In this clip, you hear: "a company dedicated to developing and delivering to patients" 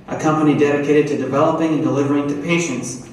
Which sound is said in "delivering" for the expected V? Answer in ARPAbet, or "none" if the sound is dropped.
V